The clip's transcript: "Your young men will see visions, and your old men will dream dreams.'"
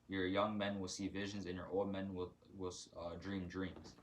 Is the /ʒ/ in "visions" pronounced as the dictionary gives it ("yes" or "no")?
yes